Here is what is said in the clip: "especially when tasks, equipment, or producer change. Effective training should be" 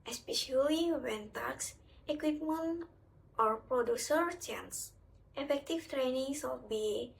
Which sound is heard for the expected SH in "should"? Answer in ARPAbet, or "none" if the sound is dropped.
S